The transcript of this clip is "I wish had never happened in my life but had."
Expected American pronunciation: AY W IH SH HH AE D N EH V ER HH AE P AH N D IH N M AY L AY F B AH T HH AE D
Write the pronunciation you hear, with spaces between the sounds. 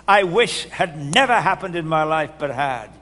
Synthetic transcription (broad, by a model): AY W IH SH HH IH D N EH V ER HH AE P AH N D IH N M AY L AY F B AH T HH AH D